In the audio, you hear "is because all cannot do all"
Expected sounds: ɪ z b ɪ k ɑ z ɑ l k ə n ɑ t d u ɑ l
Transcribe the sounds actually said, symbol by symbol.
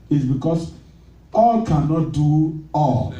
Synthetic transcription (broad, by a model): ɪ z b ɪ k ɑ s ɑ l k ə n ɑ t d u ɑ l